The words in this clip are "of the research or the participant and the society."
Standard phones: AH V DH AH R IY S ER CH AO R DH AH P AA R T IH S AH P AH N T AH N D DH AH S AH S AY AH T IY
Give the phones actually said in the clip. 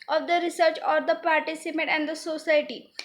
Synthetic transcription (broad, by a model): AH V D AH R IY S ER CH AO R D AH P AA R T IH S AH P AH T AH N D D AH S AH S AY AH T IY